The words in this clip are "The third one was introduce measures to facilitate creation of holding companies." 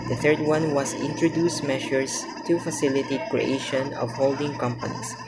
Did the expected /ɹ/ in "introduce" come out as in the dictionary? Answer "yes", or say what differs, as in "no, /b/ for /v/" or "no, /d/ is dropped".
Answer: yes